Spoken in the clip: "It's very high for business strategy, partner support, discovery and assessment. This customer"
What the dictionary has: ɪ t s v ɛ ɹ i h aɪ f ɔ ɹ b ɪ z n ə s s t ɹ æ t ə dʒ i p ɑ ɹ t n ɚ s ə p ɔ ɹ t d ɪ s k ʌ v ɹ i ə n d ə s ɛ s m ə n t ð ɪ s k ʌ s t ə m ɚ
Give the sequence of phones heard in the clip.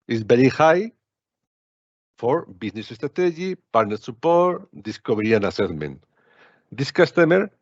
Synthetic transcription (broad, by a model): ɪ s b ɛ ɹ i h aɪ f ɔ ɹ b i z n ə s s t ɹ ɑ t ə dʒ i p ɑ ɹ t n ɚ s ə p ɔ ɹ t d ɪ s k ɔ b ɹ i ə n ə s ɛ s m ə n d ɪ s k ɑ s t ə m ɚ